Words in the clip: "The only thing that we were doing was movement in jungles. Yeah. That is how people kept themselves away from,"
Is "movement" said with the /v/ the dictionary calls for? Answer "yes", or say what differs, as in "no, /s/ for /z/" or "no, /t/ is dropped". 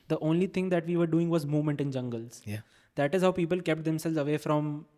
yes